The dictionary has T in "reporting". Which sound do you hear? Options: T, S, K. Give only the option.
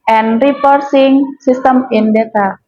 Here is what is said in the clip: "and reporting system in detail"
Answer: S